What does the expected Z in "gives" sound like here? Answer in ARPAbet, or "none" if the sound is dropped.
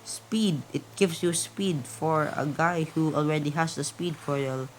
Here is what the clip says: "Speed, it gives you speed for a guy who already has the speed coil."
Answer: S